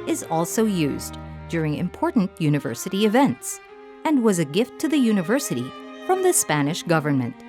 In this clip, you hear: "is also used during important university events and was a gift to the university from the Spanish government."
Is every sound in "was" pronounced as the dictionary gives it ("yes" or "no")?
yes